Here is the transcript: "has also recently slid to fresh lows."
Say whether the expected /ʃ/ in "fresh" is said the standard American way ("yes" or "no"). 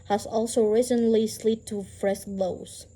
no